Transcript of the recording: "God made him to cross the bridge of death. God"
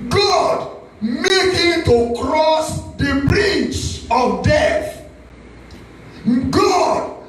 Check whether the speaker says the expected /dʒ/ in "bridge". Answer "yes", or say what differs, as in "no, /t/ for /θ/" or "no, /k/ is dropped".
no, /tʃ/ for /dʒ/